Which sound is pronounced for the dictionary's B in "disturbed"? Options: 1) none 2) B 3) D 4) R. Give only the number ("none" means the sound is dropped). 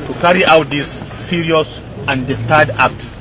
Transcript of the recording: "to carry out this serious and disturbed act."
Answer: 1